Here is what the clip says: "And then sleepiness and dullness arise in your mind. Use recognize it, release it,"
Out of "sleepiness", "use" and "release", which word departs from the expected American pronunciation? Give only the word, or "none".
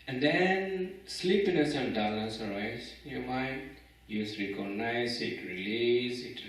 none